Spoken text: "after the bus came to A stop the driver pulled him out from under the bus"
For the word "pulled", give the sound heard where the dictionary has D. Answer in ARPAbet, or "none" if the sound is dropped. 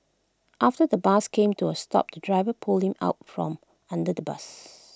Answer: none